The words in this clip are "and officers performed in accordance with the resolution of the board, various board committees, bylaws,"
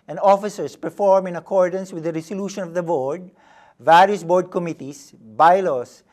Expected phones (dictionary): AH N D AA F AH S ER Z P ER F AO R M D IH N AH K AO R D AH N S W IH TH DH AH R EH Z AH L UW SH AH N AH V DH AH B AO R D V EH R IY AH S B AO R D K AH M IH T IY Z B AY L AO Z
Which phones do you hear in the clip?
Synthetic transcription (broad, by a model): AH N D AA F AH S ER S P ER F AO R M IH N AH K AO R D AH N S W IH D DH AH R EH S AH L UW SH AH N AH V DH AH B AO R D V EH R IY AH S B AO R D K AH M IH T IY S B AY L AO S